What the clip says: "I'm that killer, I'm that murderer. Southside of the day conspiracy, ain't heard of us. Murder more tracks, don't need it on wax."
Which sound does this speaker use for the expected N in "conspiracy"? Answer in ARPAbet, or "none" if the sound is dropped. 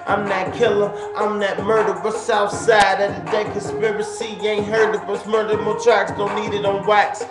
none